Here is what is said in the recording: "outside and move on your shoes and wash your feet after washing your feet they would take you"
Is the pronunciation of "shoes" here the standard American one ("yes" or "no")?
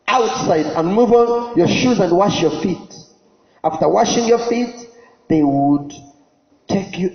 yes